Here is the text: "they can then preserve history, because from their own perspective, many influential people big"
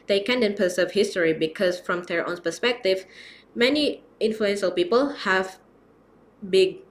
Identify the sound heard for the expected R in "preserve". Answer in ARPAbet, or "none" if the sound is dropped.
none